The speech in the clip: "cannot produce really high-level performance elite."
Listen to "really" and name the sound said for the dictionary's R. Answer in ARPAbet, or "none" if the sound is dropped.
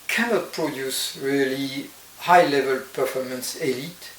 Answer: R